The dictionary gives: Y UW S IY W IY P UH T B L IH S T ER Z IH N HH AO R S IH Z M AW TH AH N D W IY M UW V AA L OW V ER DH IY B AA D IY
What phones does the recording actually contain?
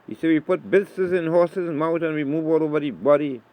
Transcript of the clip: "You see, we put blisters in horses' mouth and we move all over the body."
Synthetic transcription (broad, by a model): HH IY S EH W IY P UH T B IH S S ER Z IH N HH AO S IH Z M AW T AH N W IY M UW V AA L OW V ER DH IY B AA D IY